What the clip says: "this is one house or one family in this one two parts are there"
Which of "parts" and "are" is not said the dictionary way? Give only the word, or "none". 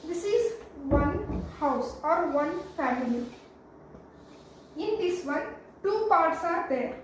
none